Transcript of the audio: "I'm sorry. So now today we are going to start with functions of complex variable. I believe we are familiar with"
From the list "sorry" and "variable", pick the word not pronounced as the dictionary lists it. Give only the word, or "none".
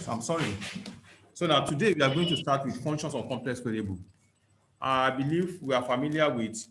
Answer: variable